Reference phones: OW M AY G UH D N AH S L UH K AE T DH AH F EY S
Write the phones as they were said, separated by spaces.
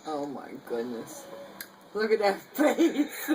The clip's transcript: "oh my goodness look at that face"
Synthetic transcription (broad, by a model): OW M AY G UH D N AH S L UH K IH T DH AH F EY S